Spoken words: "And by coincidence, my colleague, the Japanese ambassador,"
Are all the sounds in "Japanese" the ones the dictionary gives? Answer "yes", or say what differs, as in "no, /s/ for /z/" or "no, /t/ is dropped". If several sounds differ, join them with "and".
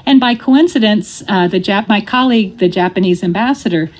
yes